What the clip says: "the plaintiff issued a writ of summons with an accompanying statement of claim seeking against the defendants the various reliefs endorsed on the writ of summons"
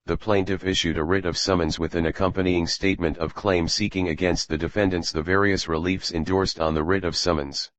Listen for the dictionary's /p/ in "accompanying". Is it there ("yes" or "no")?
yes